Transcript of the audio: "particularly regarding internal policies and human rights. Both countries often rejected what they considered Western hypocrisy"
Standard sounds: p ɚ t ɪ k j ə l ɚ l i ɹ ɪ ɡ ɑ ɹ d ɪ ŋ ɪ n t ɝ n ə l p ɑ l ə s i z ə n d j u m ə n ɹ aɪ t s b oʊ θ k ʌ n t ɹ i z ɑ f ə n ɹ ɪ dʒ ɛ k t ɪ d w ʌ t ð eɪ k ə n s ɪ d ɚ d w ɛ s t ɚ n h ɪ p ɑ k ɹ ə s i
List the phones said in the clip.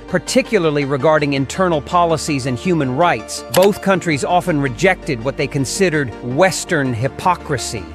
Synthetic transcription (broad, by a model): p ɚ t ɪ k j l ɚ l i ɹ ɪ ɡ ɑ ɹ d ɪ ŋ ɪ n t ɝ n l p ɑ l ə s i z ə n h j u m ə n ɹ aɪ t s b oʊ θ k ʌ n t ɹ i z ɑ f ə n ɹ ɪ dʒ ɛ k t ɪ d w ʌ t ð eɪ k ə n s ɪ d ɚ d w ɛ s t ɚ n h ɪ p ɑ k ɹ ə s i